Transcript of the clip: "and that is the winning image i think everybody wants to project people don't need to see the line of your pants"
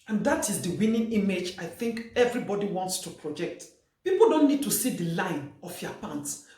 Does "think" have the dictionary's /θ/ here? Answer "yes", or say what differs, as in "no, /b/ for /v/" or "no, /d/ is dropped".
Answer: yes